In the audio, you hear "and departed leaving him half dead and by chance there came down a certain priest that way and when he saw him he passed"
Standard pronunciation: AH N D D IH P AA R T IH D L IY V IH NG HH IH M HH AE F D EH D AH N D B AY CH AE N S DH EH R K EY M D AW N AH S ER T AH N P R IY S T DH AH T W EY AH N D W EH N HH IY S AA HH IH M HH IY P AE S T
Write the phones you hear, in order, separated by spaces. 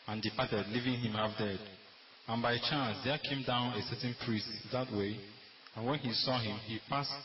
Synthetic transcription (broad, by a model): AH N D D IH P AA T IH D L IY V IH NG HH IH M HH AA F D EH D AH N B AY CH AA N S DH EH K EY M D AW N AH S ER T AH N P R IY S T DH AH T W EY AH N W EH N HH IY S AA HH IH M HH IY P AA S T